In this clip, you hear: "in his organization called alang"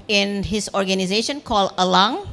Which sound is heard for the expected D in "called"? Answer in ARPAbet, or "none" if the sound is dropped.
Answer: none